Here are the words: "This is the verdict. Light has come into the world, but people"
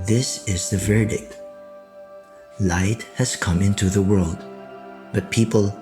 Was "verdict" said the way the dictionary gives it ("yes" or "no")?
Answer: yes